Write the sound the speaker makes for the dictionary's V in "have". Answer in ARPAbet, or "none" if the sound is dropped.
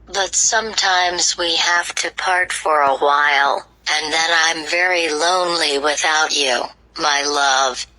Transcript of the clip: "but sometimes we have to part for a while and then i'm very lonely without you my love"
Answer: F